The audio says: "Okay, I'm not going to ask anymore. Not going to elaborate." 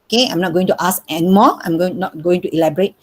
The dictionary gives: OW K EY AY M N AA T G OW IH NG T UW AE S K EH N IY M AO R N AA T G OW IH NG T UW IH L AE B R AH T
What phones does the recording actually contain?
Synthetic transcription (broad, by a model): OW K EY AY M N AA T G OW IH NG T UW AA S EH N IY M AO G N AA T G OW IH NG T UW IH L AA B R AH T